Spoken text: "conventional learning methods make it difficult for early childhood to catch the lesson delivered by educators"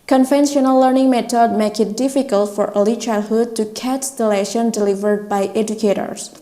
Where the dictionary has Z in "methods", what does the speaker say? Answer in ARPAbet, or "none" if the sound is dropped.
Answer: none